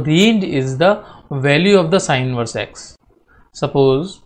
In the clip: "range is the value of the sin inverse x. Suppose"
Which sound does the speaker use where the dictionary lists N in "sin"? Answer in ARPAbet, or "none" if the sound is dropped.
none